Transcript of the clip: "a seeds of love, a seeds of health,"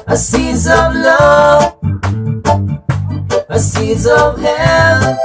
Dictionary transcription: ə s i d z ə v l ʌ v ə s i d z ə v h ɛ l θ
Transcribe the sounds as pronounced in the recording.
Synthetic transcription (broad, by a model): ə s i z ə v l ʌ ə s i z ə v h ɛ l